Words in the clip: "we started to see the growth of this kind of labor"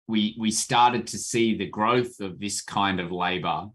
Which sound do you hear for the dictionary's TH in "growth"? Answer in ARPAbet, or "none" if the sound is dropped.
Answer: TH